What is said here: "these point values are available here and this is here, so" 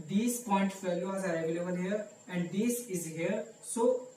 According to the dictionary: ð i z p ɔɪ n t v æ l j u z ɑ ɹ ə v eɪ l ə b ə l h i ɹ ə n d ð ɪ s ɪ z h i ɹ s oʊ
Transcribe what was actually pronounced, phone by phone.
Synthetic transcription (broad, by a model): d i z p ɔɪ n t f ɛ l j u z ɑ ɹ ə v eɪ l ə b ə l h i ɹ ə n d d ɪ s ɪ z h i ɹ s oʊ